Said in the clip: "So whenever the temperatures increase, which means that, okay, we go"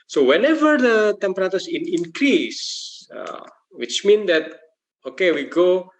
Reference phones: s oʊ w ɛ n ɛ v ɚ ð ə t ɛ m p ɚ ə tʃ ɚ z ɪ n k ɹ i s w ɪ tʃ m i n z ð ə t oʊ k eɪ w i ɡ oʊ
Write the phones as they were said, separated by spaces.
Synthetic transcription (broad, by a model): s oʊ w ɛ n ɛ v ɚ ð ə t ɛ m p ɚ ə s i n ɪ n k ɹ i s w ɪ tʃ m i n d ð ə t oʊ k eɪ w i ɡ oʊ